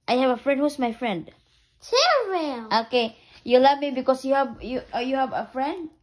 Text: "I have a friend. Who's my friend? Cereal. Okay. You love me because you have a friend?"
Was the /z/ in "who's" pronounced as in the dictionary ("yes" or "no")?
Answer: no